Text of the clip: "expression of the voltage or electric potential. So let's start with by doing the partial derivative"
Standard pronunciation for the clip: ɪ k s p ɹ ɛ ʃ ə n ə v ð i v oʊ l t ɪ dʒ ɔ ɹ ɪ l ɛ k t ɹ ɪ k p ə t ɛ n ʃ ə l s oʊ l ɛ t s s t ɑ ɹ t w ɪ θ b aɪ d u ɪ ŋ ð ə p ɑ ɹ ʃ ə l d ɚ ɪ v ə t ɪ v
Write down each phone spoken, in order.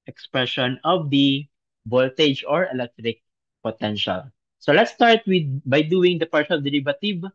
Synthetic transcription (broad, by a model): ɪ k s p ɹ ɛ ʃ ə n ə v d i b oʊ l t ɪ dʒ ɔ ɹ ɪ l ɛ k t ɹ ɪ k p ə t ɛ n ʃ ə l s oʊ l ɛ t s s t ɑ ɹ t w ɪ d b aɪ d u ɪ ŋ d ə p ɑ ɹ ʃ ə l d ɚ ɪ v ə t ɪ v